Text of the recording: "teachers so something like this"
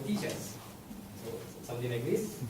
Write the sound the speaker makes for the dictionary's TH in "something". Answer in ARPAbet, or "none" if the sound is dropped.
T